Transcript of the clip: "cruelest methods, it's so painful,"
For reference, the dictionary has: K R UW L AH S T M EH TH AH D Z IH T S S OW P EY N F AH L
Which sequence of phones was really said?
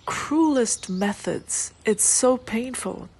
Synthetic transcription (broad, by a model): K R UW L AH S T M EH TH AH D Z IH T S S OW P EY N F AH L